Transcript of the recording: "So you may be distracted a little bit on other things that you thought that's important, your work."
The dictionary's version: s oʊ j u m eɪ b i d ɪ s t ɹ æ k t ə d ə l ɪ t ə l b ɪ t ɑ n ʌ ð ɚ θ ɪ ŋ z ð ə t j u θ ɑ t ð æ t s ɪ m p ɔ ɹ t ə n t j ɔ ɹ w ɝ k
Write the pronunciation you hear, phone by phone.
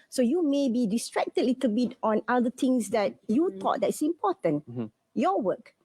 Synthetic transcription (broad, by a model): s oʊ j u m eɪ b i d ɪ s t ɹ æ k t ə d l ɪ t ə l b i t ɑ n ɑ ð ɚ t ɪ ŋ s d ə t j u t ɑ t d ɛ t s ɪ m p ɔ t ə n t j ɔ w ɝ k